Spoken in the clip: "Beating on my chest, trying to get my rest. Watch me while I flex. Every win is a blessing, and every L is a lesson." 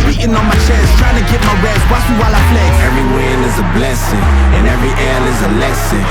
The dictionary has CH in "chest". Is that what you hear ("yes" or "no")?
no